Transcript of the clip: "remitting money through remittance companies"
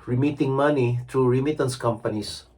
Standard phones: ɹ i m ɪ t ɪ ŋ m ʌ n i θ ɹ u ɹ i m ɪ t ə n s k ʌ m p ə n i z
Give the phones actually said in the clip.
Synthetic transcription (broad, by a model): ɹ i m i t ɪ ŋ m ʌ n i t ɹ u ɹ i m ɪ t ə n s k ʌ m p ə n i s